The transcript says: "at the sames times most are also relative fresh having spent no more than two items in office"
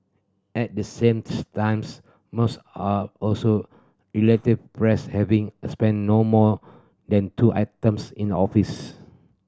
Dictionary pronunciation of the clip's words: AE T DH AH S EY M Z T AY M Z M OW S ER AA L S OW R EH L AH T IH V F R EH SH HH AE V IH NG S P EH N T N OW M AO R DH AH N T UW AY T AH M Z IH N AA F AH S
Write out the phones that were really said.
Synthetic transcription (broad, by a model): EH T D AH S EY M T AY M S M OW S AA AA L S OW R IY L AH T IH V P R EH S HH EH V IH NG S P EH N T N OW M AO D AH N T UW AY T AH M S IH N AA F AH S